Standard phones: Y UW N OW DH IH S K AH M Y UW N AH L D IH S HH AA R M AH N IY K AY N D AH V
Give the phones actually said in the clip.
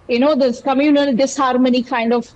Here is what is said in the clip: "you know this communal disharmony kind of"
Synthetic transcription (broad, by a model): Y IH N OW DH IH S K AH M Y UW N AH L D IH S HH AA R M AH N IY K AY N D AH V